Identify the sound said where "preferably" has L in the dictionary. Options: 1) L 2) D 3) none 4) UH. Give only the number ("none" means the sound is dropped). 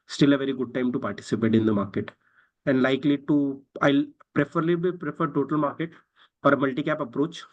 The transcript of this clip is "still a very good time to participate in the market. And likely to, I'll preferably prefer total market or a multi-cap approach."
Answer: 3